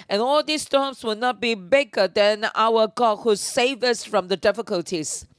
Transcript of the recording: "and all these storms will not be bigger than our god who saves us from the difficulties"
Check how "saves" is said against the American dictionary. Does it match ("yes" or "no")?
no